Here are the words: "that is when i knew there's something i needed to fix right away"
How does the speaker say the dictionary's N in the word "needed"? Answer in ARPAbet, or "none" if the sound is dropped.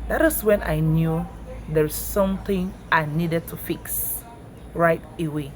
N